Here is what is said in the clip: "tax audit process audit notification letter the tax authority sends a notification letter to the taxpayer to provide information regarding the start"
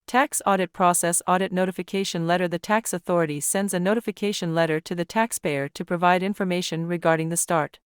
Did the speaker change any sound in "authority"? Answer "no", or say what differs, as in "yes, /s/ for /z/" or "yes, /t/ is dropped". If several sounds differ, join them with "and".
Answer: no